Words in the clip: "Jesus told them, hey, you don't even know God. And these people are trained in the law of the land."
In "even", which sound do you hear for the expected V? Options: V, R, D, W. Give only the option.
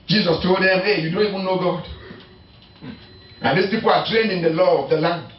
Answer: W